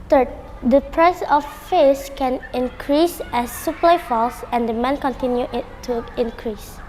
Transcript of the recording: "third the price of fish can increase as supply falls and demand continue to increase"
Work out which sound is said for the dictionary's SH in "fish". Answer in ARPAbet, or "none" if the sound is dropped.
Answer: S